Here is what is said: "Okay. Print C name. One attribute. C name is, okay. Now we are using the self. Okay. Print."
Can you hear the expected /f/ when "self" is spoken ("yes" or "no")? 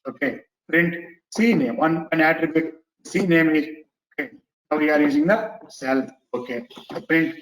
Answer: no